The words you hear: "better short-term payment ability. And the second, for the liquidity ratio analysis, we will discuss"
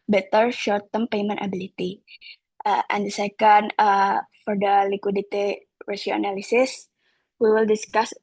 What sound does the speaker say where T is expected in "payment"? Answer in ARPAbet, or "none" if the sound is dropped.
T